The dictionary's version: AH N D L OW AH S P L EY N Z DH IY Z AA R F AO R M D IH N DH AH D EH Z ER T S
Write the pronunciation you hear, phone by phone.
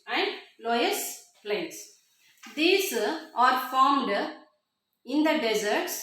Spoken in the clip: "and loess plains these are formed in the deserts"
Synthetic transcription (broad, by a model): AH N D L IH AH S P L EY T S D IY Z AA R F AO R M D IH N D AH D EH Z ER T S